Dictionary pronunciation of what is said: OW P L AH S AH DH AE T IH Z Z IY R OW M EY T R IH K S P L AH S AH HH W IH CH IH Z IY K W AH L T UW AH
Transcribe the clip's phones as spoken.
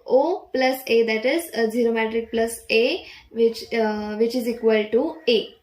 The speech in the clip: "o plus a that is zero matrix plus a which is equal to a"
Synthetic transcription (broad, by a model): OW P L AH S AH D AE T IH Z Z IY R OW M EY T R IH K P L AH S AH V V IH CH IH Z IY K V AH L T UW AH